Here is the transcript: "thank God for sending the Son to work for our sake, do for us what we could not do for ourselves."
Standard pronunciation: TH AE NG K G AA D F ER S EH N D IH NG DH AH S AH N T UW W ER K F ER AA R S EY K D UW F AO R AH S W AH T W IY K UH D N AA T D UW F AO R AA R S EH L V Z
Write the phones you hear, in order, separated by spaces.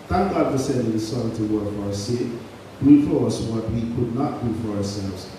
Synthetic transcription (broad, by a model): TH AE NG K G AA D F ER S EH D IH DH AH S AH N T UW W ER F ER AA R S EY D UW F AO R AH S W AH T W IY K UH D N AA T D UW F AO R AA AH S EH L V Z